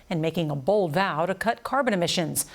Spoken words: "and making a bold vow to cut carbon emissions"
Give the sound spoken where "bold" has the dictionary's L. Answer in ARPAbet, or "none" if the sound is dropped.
L